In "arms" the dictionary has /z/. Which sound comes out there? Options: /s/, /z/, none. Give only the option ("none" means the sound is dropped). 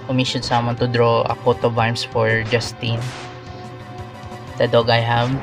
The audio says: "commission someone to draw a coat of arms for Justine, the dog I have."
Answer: /s/